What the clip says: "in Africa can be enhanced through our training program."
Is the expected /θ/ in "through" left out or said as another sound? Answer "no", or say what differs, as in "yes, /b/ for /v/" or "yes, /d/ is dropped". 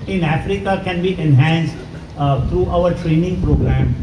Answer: yes, /t/ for /θ/